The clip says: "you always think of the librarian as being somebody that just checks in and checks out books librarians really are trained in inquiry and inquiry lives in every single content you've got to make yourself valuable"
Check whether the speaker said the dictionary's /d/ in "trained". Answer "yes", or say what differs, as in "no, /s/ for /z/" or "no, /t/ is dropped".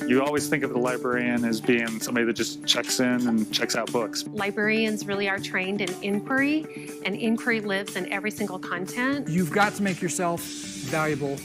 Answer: yes